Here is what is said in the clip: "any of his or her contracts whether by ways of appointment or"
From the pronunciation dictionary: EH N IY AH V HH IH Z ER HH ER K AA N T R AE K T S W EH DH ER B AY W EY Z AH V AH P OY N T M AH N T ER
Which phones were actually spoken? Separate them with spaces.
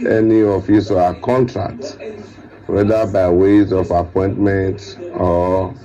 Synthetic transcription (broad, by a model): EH N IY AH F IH S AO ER K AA N T R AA K T W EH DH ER B AY W EY Z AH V AH P OY N T M AH N T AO